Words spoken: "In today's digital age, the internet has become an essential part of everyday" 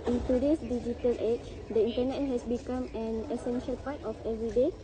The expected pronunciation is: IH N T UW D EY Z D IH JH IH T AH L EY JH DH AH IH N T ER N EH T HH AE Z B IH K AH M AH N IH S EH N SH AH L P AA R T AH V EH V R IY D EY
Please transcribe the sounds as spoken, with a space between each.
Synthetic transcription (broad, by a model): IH N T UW D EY S D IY JH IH T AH L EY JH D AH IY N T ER N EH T HH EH S B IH K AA M AH N IH S EH N SH AH L P AA T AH F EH V R IY D EY